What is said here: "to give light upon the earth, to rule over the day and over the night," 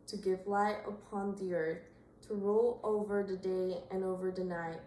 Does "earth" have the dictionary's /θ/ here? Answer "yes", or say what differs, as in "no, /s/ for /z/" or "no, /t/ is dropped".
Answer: yes